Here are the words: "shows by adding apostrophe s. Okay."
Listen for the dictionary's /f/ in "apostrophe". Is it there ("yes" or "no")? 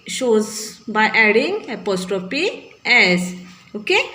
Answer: no